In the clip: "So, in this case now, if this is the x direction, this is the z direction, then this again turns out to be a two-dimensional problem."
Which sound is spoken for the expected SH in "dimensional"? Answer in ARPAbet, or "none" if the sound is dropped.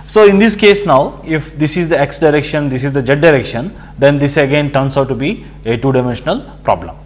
SH